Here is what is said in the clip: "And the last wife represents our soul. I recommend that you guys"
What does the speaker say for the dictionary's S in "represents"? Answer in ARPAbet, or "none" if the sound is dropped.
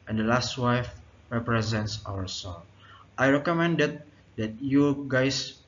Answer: S